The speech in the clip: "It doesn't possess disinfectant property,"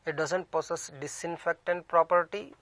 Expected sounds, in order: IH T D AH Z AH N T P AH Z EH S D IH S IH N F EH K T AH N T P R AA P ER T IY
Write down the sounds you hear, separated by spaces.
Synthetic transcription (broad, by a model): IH T D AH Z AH N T P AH S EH S D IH S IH N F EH K T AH N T P R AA P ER T IY